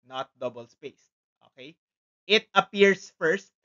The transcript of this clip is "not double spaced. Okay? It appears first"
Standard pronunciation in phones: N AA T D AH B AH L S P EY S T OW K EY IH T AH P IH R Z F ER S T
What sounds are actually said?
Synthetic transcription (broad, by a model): N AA T D AH B AH L S P EY S T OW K EY IH T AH P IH R S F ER S T